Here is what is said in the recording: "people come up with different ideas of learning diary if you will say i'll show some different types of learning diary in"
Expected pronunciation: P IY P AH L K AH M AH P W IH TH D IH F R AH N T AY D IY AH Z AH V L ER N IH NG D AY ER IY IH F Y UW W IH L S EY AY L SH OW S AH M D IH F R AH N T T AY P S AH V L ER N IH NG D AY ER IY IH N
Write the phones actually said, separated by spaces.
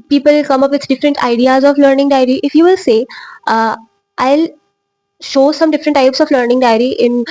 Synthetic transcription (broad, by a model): P IY P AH L K AH M AH P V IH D D IH F R AH N T AY D IY AH Z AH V L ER N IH NG D AY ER IY IH F Y UW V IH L S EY AY L SH OW S AH M D IH F R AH N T T AY P S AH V L ER N IH NG D AY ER IY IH N